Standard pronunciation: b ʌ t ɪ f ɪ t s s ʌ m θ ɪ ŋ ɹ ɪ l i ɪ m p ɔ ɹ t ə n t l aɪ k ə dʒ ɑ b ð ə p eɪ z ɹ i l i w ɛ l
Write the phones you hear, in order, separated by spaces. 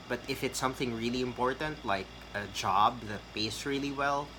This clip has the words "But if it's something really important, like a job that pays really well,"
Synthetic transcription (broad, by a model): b ʌ t ɪ f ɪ t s s ʌ m θ ɪ ŋ ɹ ɪ l i ɪ m p ɔ ɹ t ə n t l aɪ k ə dʒ ɑ b ð ə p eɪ s ɹ i l i w ɛ l